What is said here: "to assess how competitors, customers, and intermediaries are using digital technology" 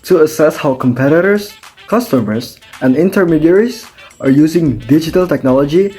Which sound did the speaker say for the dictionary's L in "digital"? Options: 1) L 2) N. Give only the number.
1